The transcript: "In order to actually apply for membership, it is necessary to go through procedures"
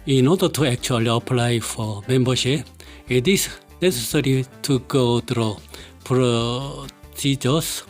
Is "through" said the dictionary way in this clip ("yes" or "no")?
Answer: no